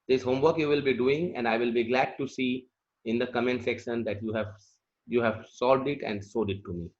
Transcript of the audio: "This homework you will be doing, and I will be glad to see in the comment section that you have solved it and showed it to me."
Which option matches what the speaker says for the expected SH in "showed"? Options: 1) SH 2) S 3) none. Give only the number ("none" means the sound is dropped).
2